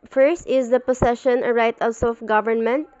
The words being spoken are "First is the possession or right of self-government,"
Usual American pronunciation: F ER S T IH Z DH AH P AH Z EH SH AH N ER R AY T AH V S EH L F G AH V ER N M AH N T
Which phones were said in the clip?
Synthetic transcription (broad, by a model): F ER S T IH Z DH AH P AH S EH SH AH N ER R AY T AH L S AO F G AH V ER N M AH N T